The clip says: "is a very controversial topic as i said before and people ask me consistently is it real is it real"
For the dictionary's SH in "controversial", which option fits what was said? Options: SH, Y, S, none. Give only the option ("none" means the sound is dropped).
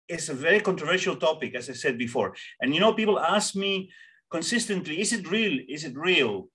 SH